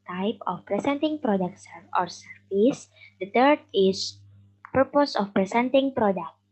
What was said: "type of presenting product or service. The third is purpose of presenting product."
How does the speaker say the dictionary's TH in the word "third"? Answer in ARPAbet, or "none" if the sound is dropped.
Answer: T